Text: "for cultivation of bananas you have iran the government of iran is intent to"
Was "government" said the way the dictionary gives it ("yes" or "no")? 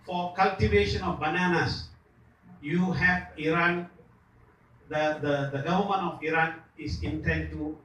no